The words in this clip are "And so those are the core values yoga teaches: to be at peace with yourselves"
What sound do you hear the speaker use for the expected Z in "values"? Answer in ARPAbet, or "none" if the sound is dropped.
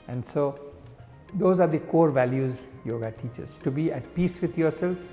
Z